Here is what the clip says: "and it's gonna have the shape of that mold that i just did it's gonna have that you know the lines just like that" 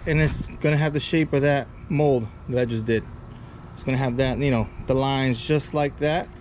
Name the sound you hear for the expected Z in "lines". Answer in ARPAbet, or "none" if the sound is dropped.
Z